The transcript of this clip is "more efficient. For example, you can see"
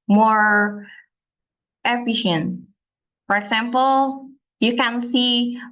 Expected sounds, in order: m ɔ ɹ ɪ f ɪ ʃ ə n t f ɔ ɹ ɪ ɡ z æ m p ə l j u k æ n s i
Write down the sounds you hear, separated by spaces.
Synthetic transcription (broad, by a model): m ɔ ɹ ɪ f ɪ ʃ ə n t f ɔ ɹ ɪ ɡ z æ m p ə l j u k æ n s i